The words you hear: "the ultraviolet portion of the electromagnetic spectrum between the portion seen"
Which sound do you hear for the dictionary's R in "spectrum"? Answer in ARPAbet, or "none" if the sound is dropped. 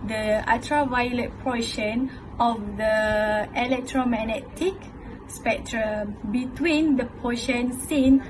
R